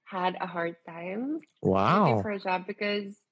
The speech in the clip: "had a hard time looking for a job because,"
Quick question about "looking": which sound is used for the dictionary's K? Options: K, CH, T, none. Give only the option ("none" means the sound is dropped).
none